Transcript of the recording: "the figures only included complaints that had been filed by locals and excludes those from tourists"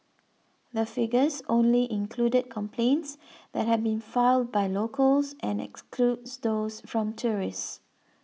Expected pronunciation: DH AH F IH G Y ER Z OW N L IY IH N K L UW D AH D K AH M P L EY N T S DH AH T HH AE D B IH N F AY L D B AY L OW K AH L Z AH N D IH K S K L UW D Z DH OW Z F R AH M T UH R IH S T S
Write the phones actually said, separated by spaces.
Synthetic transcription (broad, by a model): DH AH F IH G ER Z OW N L IY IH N K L UW D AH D K AH M P L EY N T S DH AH T HH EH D B IH N F AY L D B AY L OW K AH L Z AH N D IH K S K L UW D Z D OW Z F R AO M T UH R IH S S